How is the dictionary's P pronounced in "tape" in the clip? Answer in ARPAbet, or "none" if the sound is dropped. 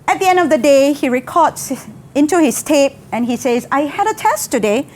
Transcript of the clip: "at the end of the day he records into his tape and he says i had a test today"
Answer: P